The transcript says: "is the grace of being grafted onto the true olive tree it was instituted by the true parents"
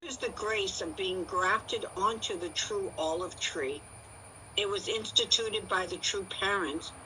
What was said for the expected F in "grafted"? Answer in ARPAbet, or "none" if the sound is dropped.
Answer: F